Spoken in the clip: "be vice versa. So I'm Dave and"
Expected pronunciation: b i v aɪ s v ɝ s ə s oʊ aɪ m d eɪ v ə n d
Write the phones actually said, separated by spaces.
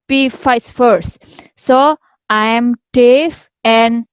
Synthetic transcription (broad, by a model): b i f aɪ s f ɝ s s oʊ aɪ m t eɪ f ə n d